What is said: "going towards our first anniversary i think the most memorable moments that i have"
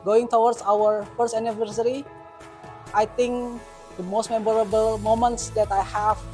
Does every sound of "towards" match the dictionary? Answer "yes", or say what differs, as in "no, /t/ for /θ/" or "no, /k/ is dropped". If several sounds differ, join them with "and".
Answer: no, /s/ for /z/